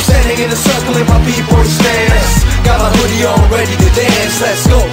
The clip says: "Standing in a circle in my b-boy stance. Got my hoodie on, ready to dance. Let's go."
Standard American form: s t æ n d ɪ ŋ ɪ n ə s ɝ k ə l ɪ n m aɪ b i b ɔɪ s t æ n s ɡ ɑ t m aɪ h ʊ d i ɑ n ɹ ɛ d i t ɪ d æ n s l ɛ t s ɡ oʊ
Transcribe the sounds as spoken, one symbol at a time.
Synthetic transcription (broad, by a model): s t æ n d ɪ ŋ ɪ n ə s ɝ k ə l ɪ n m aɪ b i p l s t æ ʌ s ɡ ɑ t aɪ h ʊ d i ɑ l ɹ ɛ d i t ɪ d æ n s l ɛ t s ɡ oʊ